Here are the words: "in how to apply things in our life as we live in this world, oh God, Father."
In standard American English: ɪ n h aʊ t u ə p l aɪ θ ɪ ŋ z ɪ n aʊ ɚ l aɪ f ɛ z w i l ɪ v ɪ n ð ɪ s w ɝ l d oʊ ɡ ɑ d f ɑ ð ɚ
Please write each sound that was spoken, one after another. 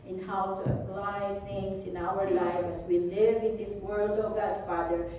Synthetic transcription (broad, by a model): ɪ n h aʊ t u ə p l aɪ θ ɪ ŋ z ɪ n aʊ ɚ l aɪ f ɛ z w i l ɪ v ɪ n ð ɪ s w ɝ l d oʊ ɡ ɑ d f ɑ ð ɚ